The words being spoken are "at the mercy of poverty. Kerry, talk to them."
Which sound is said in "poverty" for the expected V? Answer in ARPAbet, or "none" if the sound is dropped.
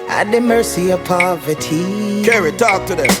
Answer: V